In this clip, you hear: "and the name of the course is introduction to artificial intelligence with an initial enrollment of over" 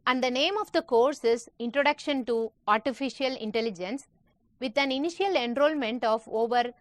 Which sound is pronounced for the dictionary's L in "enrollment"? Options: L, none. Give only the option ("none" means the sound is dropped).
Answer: L